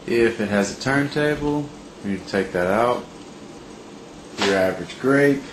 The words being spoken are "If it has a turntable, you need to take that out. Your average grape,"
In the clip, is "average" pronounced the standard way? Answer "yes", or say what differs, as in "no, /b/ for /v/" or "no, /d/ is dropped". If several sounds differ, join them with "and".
yes